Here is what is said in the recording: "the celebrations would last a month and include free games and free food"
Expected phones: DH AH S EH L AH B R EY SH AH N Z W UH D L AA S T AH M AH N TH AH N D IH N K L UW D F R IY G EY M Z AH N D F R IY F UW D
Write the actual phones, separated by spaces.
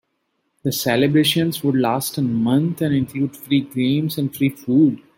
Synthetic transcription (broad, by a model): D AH S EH L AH B R EY SH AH N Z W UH D L AA S T AH M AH N T AH N D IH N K L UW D F R IY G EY M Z AH N D F R IY F UW D